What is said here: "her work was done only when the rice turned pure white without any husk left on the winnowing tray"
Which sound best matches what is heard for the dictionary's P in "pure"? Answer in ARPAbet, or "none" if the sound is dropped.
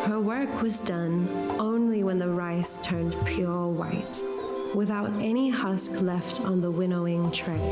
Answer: P